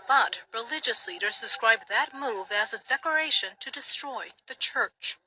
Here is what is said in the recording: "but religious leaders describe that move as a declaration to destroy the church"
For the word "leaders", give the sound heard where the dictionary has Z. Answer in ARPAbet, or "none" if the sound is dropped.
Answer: Z